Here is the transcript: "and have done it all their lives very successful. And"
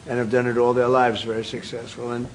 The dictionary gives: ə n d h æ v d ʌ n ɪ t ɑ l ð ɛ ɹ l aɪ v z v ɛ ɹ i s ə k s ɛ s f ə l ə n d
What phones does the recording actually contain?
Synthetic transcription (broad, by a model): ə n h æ v d ʌ n ɪ t ɑ l ð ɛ ɹ l aɪ v z v ɛ ɹ i s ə k s ɛ s f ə l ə n